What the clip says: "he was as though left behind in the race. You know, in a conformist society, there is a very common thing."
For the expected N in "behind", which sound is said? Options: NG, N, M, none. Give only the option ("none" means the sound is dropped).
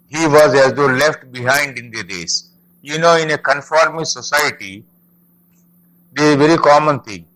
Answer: N